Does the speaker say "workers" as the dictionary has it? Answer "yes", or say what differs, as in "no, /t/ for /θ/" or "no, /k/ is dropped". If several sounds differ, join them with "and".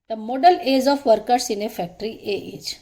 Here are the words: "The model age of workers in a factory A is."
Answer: no, /s/ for /z/